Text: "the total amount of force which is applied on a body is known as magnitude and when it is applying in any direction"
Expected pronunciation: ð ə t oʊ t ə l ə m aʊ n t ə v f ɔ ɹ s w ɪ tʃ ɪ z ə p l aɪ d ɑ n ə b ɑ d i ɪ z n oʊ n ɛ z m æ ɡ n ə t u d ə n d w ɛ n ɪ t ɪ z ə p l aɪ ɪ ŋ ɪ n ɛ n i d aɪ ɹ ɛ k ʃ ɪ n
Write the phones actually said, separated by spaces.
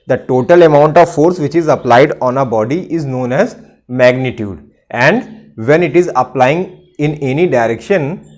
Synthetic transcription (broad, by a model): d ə t oʊ t ə l ə m aʊ n t ə v f ɔ ɹ s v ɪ tʃ ɪ z ə p l aɪ d ɑ n ə b ɑ d i ɪ z n oʊ n ɛ z m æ ɡ n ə t u d ə n d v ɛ n ɪ t ɪ z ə p l aɪ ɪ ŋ ɪ n ɛ n i d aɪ ɹ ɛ k ʃ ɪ n